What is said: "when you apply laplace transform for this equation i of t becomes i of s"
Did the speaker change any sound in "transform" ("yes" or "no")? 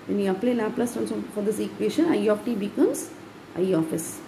yes